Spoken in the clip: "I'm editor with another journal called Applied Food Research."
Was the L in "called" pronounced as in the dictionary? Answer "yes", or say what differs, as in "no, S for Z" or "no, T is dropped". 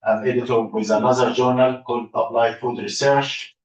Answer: no, L is dropped